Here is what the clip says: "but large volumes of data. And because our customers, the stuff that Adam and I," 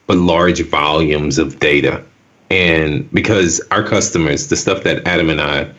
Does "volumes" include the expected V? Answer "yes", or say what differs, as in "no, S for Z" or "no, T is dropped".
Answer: yes